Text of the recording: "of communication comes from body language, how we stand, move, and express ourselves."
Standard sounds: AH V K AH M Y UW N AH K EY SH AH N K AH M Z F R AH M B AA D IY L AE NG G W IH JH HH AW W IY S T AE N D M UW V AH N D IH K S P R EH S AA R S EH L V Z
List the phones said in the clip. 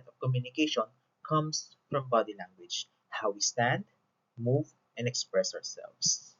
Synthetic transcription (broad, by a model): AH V K AH M Y UW N AH K EY SH AH N K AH M S F R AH M B AA D IY L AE NG G W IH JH HH AW W IY S T AE N D M UW V AH N D IH K S P R EH S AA R S EH L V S